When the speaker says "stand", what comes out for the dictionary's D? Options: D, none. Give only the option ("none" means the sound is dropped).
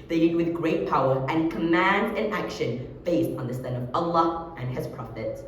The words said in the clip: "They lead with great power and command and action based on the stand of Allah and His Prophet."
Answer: none